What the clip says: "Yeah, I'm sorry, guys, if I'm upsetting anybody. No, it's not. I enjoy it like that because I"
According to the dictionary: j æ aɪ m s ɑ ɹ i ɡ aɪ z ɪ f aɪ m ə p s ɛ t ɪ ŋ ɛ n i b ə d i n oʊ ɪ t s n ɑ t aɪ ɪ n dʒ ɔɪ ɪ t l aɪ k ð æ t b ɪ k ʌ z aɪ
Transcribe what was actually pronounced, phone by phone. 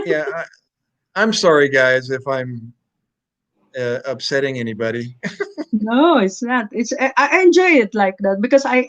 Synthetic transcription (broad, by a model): j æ aɪ m s ɑ ɹ i ɡ aɪ z ɪ f aɪ m ə p s ɛ t ɪ ŋ ɛ n i b ə d i n oʊ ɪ t s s ɑ t aɪ ɪ n dʒ ɔɪ ɪ t l aɪ k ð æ t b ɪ k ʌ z aɪ